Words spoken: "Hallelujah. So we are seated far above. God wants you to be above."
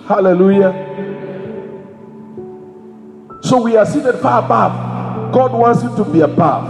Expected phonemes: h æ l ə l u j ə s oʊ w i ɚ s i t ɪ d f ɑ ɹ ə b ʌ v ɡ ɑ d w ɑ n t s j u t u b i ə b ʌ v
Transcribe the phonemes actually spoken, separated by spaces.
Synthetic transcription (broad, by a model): h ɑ l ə l u j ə s oʊ w i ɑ s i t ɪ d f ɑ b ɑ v ɡ ɑ d w ɑ n t s j u t u b i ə b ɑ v